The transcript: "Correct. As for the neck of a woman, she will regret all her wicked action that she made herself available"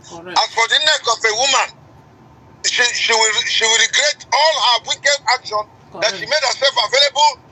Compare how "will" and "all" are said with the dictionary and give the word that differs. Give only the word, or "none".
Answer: will